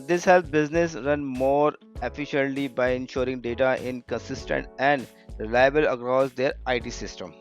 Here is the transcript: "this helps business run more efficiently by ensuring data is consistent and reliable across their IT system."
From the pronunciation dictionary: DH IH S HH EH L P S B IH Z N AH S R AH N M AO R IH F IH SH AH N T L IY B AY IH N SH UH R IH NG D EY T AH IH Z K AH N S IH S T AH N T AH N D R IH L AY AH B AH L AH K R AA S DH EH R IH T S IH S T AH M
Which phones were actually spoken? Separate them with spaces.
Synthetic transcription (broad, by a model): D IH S HH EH L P B IH Z N AH S R AH N M AO R IH F IH SH AH N T L IY B AY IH N SH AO R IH NG D EY T AH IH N K AH N S IH S T AH N T AH N D R IH L AY AH B AH L AH K R AA S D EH R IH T S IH S T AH M